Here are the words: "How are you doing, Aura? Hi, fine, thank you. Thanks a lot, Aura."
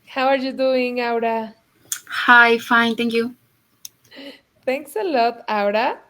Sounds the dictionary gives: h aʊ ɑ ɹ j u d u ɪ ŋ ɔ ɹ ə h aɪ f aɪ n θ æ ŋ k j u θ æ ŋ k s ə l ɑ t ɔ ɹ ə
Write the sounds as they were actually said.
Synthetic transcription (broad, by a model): h aʊ ɑ ɹ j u d u ɪ ŋ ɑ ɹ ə h aɪ f aɪ n t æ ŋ k j u t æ ŋ k s ə l ɑ t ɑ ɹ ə